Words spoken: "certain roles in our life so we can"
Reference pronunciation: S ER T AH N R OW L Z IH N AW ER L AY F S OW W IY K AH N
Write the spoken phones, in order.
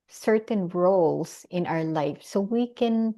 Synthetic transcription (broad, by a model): S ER T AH N R OW L S IH N AW ER L AY F S OW W IY K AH N